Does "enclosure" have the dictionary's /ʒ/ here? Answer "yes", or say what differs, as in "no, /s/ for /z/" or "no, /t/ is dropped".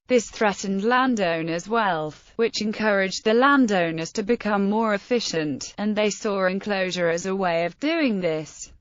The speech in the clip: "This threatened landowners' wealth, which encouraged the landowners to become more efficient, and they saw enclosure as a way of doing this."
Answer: yes